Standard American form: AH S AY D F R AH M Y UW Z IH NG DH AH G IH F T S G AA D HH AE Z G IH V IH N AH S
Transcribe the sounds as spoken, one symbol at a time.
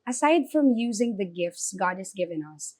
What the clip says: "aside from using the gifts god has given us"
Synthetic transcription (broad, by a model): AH S AY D F R AH M Y UW Z IH NG DH AH G IH F T S G AA D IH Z G IH V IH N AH S